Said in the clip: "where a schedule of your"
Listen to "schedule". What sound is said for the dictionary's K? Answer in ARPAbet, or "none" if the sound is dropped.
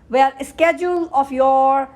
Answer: K